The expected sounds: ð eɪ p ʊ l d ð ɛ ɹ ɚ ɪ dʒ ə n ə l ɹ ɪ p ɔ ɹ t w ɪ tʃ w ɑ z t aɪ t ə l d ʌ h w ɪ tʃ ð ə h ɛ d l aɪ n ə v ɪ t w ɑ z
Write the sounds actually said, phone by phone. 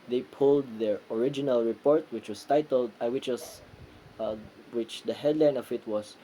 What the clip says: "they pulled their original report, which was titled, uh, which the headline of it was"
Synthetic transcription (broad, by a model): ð eɪ p ʊ l d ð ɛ ɹ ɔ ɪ dʒ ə n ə l ɹ ɪ p ɔ ɹ t w ɪ tʃ w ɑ s t aɪ t ə l d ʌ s w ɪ tʃ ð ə h ɛ d l aɪ n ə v ɪ t w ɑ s